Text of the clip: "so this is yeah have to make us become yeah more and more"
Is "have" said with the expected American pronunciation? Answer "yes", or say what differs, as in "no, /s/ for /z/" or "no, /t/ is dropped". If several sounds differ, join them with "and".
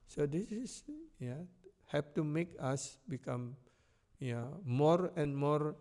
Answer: no, /p/ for /v/